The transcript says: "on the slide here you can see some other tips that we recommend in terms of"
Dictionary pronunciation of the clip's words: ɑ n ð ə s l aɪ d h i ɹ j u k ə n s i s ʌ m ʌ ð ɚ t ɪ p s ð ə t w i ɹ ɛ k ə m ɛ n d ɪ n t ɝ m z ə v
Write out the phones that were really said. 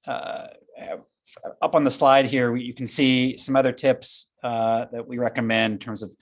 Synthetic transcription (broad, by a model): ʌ n ð ə s l aɪ d h i ɹ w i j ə n s i s ʌ m ʌ ð ɚ t ɪ p s ð ə t w i ɹ ɛ k ə m ɛ n d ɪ n t ɝ m z ə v